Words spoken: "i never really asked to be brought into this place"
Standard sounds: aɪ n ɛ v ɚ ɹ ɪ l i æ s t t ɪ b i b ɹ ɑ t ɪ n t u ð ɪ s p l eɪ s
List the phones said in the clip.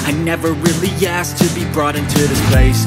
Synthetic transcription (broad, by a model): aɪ n ɛ v ɚ ɹ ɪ l i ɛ s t t ɪ b i b ɹ ɑ t ɪ n t u ð ɪ s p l eɪ s